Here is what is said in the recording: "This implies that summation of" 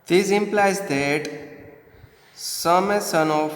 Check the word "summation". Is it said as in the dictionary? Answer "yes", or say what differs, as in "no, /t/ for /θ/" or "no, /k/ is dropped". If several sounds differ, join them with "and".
no, /s/ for /ʃ/